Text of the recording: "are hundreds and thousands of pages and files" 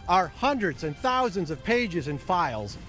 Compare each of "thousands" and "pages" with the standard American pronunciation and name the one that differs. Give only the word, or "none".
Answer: none